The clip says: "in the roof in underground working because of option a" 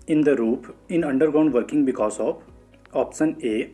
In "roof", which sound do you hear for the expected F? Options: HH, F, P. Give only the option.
P